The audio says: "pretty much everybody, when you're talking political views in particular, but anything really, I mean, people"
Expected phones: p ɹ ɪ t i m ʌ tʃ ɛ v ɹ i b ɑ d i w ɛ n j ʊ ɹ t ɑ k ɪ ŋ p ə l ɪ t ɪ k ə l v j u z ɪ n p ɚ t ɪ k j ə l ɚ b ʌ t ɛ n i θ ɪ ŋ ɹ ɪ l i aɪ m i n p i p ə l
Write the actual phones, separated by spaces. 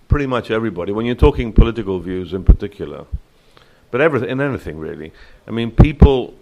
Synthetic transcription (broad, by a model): p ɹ ɪ t i m ʌ tʃ ɛ v ɹ i b ɑ d i w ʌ n j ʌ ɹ t ɑ k ɪ ŋ p ə l ɪ t ɪ k ə l v j u z ɪ n p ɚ t ɪ k j l ɚ b ʌ t ɛ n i θ ɪ ŋ ɹ ɪ l i aɪ m i n p i p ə l